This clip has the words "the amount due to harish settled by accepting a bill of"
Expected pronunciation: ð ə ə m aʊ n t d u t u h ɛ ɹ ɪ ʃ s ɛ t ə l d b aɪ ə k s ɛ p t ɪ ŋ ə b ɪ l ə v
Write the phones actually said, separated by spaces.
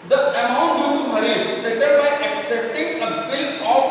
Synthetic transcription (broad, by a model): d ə ə m aʊ n t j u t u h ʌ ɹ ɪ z s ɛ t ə d b aɪ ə k s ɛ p t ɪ ŋ ə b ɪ l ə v